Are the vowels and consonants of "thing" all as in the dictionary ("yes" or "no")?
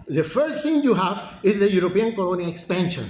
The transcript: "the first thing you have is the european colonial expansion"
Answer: no